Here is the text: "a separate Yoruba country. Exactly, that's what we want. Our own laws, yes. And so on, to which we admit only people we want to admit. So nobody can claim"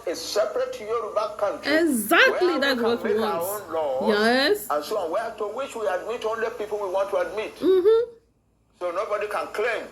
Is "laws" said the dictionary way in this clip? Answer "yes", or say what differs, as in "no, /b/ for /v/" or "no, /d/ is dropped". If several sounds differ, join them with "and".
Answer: no, /z/ is dropped